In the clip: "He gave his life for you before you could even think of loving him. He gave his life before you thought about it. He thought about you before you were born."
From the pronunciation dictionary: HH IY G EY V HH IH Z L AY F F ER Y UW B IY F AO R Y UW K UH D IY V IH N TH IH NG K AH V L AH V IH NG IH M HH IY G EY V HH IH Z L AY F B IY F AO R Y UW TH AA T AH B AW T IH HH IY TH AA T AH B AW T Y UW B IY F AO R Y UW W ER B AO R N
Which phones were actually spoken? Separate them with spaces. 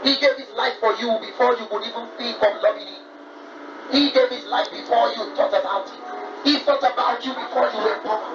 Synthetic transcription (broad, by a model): HH IY G EY V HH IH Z L AY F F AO Y UW B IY F AO Y UW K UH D IY V IH N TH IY K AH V L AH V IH HH IY G EY V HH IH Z L AY F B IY F AO Y UW T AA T AH B AW T IH HH IY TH AA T AH B AW T Y UW B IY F AO Y UW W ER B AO